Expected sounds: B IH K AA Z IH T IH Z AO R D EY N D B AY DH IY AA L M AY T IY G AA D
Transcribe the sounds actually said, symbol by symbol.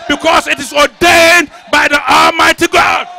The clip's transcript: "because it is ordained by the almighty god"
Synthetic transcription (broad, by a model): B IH K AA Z IH T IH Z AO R D EY N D B AY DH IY AA L M AY T IY G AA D